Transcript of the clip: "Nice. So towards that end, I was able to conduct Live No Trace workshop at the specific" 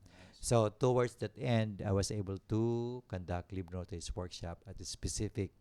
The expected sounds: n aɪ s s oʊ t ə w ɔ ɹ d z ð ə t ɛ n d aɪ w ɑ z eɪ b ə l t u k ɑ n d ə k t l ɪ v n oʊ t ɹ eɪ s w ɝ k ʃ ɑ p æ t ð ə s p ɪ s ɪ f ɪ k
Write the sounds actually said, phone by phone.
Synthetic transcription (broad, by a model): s s oʊ t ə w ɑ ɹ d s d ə t ɛ n d aɪ w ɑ s eɪ b ə l t u k ɑ n d ə k t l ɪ b n oʊ t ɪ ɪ s w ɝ k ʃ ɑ p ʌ t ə s p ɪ s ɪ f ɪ k